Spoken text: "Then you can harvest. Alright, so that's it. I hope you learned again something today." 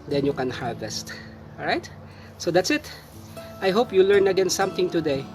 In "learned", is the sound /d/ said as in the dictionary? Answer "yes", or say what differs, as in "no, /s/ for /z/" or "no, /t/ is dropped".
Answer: no, /d/ is dropped